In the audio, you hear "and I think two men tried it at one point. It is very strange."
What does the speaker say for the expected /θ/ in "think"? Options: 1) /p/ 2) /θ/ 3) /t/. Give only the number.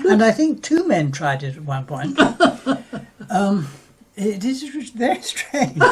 2